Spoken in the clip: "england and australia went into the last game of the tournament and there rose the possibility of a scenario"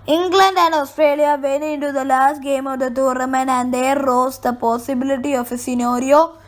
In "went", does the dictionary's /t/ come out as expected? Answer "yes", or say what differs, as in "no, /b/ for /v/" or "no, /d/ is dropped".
no, /t/ is dropped